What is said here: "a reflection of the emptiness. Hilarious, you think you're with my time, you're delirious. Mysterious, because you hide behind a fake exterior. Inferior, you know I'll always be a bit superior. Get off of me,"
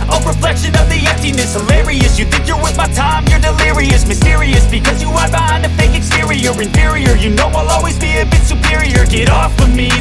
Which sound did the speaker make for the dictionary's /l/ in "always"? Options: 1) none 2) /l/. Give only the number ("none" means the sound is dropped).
2